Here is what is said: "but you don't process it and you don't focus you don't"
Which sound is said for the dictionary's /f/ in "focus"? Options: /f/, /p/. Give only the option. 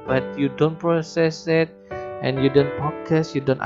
/p/